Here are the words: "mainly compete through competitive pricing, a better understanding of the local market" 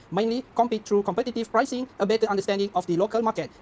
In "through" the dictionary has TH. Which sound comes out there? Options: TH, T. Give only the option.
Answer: T